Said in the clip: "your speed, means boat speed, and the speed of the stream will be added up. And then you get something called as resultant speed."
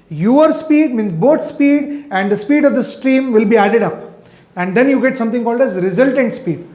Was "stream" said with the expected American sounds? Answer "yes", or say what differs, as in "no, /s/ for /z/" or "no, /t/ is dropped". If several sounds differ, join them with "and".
yes